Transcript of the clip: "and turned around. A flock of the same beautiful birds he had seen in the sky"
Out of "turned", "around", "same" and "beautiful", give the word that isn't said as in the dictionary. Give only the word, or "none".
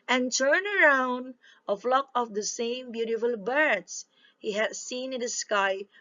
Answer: turned